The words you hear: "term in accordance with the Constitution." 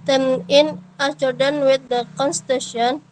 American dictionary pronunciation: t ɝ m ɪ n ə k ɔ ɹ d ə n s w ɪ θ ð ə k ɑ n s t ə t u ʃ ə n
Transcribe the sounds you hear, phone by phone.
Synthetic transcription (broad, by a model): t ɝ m ɪ n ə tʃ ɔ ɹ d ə n w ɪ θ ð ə k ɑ n s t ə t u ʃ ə n